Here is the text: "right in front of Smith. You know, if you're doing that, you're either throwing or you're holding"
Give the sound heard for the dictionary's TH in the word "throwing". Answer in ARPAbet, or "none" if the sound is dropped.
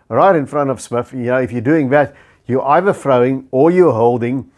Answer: F